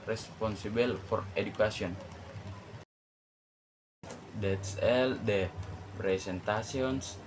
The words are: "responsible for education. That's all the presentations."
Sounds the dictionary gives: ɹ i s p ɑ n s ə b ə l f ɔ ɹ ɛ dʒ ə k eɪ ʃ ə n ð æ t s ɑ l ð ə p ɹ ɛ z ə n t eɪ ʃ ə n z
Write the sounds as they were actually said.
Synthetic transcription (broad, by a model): ɹ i s p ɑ n s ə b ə l f ɔ ɹ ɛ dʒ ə k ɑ s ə n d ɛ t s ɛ l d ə p ɹ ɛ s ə n t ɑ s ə n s